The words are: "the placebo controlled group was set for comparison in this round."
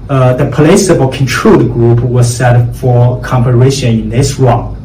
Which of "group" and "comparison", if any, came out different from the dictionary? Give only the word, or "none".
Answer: comparison